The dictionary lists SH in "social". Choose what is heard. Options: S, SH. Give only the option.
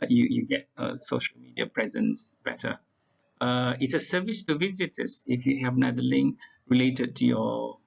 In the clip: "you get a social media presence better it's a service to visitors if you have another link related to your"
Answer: SH